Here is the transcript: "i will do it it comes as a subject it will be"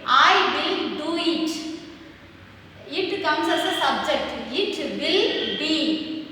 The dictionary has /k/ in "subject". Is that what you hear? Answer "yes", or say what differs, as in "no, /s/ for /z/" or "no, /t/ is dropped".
yes